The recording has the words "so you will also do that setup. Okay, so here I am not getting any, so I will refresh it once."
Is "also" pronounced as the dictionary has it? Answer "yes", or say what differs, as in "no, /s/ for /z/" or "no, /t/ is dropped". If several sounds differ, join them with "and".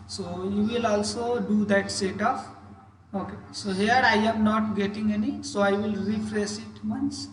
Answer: yes